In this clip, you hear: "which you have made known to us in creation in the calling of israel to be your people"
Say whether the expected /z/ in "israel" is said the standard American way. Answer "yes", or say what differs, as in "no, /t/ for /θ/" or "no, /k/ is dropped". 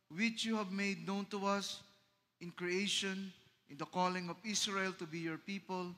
no, /s/ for /z/